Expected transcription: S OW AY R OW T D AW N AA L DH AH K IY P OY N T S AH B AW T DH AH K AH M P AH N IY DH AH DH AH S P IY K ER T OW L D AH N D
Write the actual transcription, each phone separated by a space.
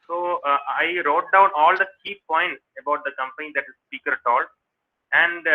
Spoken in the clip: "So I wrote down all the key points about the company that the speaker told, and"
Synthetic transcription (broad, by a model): S OW AY R OW T D AW N AA L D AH K IY P OY N T S AH B AW T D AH K AH M P AH N IY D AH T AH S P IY K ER T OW L AH N D